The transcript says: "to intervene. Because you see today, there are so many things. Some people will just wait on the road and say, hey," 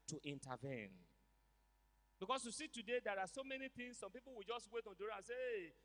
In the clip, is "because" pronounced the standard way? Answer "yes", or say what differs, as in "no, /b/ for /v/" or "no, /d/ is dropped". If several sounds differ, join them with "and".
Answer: no, /s/ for /z/